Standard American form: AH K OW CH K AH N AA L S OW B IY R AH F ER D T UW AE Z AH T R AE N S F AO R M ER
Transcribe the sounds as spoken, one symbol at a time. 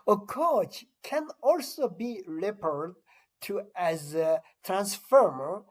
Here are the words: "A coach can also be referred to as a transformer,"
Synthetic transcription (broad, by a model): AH K OW CH K AH N AA L S OW B IY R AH P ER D T UW AE Z AH T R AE N S F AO R M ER